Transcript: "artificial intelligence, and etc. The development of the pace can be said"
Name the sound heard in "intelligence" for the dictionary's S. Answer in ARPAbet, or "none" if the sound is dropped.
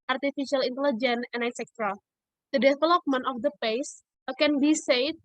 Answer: none